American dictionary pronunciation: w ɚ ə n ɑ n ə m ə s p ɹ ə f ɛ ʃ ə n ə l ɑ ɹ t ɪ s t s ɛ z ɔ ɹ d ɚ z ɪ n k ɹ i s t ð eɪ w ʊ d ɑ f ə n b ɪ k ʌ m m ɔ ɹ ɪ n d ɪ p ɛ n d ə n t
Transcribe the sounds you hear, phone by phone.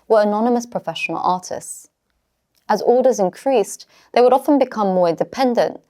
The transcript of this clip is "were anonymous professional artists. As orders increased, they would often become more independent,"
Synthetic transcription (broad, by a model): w ɚ ə n ɑ n ə m ə s p ɹ ə f ɛ ʃ ə n ə l ɑ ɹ t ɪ s t s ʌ z ɔ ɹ d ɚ z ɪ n k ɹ i s ð eɪ w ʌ d ɑ f ə n b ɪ k ʌ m m ɔ ɹ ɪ n d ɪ p ɛ n d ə n t